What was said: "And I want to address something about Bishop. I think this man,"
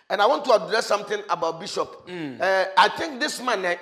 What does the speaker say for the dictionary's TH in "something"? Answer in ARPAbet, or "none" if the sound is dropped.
T